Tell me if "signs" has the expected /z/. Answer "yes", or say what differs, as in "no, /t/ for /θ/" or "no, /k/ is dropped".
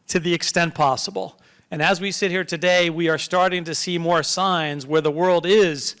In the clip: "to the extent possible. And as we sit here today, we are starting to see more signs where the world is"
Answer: yes